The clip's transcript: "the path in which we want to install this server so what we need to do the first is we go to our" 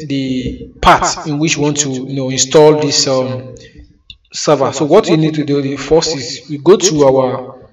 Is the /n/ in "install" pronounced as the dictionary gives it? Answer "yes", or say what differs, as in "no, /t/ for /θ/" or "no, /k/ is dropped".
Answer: yes